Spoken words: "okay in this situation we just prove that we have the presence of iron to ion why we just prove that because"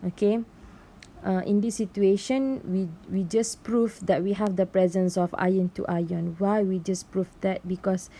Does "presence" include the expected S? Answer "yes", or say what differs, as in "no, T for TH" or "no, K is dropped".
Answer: yes